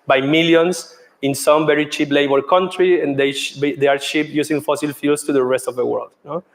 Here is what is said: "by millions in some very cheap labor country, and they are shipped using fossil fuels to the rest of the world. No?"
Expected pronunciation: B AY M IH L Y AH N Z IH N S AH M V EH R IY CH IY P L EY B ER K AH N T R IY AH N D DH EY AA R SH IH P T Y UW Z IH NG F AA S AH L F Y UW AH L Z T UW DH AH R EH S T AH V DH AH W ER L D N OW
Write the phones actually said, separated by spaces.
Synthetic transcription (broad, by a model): B AY M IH L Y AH N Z IH N S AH M V EH R IY CH IY P L EY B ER K AH N T R IY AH N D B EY AA R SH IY P Y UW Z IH NG F AA S AH L F Y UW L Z T UW DH AH R EH S T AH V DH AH W ER L D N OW